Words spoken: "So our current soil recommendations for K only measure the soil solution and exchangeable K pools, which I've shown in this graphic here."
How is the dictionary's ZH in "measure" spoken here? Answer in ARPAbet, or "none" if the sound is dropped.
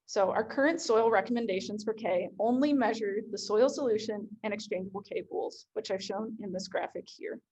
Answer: ZH